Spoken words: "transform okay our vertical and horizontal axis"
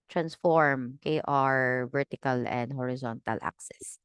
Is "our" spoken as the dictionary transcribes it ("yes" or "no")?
yes